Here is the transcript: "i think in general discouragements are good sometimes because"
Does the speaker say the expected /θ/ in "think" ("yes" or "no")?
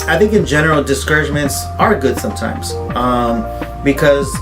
yes